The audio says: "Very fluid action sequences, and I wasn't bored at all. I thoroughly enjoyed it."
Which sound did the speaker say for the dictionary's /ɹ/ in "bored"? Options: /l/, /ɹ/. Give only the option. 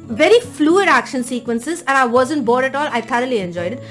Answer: /ɹ/